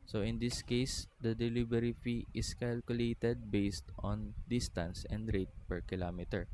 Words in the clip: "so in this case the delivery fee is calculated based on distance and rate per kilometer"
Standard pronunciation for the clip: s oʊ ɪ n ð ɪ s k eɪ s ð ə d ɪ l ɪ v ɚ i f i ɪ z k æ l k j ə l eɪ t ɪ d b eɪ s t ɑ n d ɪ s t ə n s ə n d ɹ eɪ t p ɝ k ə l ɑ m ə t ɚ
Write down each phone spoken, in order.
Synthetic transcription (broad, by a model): s oʊ ɪ n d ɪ s k eɪ s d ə d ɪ l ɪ b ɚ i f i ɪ s k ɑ l k j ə l eɪ t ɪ d b eɪ s t ɑ n d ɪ s t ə n s ə n d ɹ eɪ t p ɝ k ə l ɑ m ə t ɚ